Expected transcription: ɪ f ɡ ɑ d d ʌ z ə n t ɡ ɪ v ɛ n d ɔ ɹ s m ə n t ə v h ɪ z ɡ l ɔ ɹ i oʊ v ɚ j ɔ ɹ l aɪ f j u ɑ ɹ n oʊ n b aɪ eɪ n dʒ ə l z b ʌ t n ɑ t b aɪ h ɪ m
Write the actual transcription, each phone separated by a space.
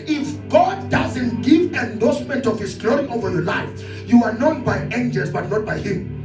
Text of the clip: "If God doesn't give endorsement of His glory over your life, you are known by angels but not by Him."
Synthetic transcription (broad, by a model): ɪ f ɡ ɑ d d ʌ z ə n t ɡ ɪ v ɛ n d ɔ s m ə n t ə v h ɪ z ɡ l ɔ ɹ i oʊ v ɚ j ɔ l aɪ f j u ɑ ɹ n oʊ n b aɪ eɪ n dʒ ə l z b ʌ t n ɑ t b aɪ h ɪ m